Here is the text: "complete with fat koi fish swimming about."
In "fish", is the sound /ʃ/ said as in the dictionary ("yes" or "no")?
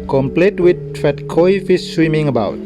no